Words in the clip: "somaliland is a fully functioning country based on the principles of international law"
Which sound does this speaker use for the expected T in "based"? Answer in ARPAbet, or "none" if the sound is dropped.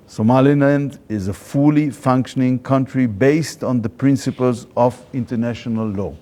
T